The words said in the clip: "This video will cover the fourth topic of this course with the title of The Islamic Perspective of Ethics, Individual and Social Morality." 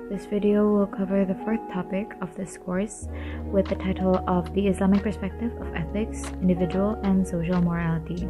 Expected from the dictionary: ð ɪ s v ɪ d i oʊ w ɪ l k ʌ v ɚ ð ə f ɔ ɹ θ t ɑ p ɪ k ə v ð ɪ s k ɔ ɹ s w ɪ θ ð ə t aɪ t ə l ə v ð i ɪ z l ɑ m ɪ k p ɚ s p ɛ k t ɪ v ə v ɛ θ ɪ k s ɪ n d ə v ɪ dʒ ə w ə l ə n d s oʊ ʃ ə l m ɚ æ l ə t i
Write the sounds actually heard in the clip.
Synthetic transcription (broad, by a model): ð ɪ s v ɪ d i oʊ w ɪ l k ʌ v ɚ ð ə f ɔ ɹ θ t ɑ p ɪ k ə v ð ɪ s k ɔ ɹ s w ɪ ð ə t aɪ t l ə v ð i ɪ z l ɑ m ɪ k p ɚ s p ɛ k t ɪ v ə v ɛ θ ɪ k s ɪ n d ə v ɪ dʒ ə w ə l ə n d s oʊ ʃ l m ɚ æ l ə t i